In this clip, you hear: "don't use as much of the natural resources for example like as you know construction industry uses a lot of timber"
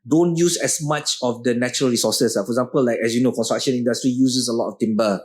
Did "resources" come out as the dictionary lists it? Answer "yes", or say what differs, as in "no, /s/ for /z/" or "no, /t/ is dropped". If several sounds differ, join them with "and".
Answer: no, /z/ is dropped